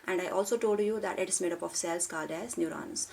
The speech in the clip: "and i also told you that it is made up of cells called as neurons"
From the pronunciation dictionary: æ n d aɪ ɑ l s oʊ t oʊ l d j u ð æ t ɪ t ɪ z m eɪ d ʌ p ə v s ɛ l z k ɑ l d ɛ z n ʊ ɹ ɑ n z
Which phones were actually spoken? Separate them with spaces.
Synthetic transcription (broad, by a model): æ n d aɪ ɑ l s oʊ t oʊ l d j u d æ t ɪ t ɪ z m eɪ d ʌ p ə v s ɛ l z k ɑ d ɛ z n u ɹ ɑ n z